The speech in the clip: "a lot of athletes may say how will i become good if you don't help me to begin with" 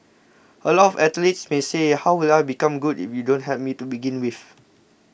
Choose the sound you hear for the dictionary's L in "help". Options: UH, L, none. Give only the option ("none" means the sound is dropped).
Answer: none